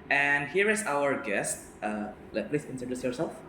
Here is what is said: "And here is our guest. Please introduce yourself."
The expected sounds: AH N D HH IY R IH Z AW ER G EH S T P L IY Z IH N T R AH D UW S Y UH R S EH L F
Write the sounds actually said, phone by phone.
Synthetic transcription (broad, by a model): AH N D HH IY R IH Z AW ER G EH S T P L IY S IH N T AH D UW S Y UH R S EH L F